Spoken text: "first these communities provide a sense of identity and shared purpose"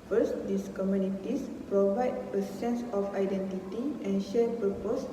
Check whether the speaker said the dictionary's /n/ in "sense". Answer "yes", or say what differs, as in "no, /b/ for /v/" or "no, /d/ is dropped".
yes